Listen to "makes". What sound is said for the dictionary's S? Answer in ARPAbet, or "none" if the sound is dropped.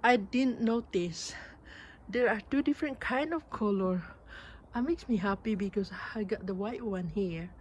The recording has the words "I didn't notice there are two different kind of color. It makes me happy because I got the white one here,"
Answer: S